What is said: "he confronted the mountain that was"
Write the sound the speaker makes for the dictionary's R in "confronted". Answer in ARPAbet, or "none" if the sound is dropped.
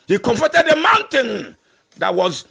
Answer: none